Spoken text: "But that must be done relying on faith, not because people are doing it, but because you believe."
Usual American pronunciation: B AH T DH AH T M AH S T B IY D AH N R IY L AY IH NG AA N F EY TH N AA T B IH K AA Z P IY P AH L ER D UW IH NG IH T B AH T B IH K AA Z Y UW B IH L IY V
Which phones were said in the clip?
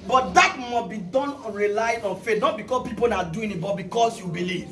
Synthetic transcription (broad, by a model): B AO T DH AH T M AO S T B IY D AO N R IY L AY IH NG AA N F EY T N AA T B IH K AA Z P IY P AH N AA D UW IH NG IH T B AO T B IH K AA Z Y UW B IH L IY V